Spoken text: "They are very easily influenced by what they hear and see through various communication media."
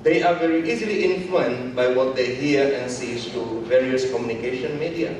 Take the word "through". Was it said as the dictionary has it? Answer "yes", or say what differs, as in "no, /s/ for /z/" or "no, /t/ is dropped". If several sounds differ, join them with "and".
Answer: no, /s/ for /θ/